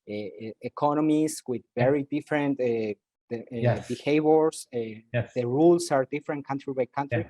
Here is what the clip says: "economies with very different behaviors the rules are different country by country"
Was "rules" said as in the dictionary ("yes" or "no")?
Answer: no